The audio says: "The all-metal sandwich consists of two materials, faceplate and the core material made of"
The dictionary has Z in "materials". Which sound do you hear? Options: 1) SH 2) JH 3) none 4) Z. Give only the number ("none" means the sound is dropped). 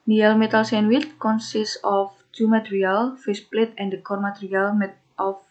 3